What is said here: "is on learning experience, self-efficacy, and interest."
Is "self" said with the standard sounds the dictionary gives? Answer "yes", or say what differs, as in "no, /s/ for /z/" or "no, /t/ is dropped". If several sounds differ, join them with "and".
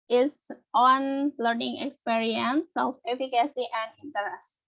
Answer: no, /l/ is dropped